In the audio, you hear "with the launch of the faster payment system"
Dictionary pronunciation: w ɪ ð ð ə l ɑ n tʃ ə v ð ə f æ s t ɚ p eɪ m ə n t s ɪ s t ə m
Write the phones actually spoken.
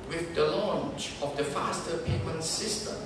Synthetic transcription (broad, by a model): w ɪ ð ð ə l ɑ n tʃ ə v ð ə f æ s t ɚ p eɪ m ə n t s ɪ s t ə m